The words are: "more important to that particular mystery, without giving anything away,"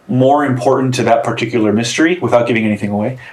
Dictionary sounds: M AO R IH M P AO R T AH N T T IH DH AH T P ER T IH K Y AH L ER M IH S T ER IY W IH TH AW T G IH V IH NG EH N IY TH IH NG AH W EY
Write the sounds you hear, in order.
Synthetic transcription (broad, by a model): M AO R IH M P AO R T N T T IH DH AH T P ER T IH K Y L ER M IH S T ER IY W IH TH AW T G IH V IH NG EH N IY TH IH NG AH W EY